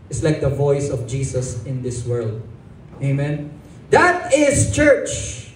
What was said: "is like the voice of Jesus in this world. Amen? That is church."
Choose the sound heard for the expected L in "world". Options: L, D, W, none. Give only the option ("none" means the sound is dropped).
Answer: L